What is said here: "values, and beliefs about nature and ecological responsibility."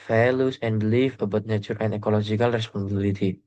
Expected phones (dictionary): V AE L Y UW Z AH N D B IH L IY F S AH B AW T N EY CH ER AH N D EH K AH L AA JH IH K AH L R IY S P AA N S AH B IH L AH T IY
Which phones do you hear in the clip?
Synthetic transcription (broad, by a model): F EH L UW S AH N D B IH L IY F AH B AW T N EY CH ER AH N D EH K AH L AA JH IH K AH L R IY S P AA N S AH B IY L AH T IY